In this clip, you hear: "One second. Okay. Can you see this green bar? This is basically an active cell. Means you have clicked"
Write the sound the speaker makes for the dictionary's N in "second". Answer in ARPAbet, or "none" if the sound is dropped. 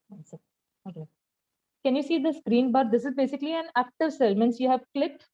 none